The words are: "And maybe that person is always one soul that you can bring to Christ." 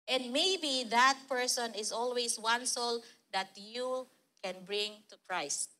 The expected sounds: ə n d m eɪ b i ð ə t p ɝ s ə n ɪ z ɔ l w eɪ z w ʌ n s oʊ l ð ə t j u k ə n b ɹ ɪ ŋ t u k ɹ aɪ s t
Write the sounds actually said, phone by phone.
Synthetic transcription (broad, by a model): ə n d m eɪ b i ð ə t p ɝ s ə n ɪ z ɔ l w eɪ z w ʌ n s oʊ l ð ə t j u k ə n b ɹ ɪ ŋ t u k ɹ aɪ s t